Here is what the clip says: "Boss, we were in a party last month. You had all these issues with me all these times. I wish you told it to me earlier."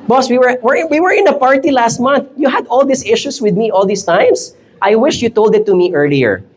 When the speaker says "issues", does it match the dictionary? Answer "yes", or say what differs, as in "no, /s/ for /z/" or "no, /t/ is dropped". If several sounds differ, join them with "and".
no, /s/ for /z/